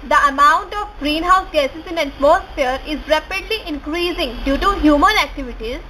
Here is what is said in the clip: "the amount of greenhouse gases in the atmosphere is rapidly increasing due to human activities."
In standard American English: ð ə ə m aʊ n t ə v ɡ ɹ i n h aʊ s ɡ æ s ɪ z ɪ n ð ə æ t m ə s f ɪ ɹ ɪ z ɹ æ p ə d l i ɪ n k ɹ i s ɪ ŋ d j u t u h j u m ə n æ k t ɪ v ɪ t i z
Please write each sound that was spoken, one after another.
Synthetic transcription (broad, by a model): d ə ə m aʊ n t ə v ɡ ɹ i n h aʊ s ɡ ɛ s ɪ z ɪ n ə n s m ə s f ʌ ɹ ɪ z ɹ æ p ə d l i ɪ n k ɹ i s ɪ ŋ d j u t u h j u m ə n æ k t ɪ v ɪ t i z